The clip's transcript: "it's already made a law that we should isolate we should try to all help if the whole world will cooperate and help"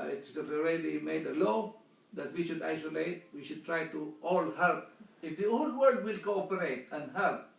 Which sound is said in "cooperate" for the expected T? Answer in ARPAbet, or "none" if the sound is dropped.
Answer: T